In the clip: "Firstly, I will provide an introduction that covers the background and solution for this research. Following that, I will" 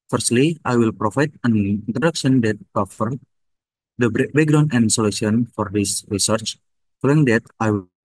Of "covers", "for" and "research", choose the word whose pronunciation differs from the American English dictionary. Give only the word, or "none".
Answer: covers